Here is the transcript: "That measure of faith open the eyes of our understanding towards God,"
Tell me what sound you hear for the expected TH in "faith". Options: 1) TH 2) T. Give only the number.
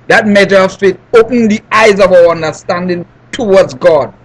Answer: 2